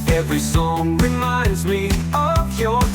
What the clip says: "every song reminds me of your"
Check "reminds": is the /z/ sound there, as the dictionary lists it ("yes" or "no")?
yes